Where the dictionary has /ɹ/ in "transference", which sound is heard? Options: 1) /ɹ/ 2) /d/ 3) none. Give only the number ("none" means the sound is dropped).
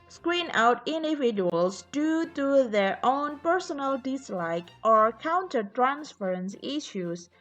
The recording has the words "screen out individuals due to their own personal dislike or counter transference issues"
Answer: 1